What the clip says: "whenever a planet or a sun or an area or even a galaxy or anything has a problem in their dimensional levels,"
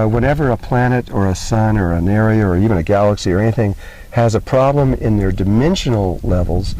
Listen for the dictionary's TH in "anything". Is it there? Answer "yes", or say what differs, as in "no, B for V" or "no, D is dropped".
yes